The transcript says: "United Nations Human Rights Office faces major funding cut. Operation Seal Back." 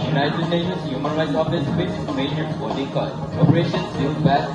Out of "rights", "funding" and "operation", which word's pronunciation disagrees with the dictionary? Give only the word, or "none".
funding